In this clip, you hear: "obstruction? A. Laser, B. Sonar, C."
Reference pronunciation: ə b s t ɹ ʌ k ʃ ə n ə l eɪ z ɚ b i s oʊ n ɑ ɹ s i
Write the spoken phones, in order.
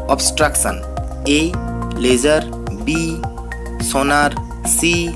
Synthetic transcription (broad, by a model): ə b s t ɹ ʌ k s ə n ə l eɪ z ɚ b i s oʊ n ɑ ɹ s i